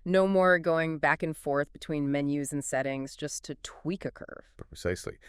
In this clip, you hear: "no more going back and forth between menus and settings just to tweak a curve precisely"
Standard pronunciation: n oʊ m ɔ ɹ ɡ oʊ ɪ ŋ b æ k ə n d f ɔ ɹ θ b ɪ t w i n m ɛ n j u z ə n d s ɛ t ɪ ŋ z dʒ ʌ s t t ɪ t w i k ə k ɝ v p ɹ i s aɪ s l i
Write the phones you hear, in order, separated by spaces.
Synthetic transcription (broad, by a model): n oʊ m ɔ ɹ ɡ oʊ ɪ ŋ b æ k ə n f ɔ ɹ θ b ɪ t w i n m ɛ n j u z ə n s ɛ t ɪ ŋ z dʒ ʌ s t t ɪ t w i k ə k ɝ v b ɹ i s aɪ s l i